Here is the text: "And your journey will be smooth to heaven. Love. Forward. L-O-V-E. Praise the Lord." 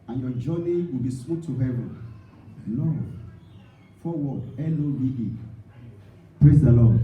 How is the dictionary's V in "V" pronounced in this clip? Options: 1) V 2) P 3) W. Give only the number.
3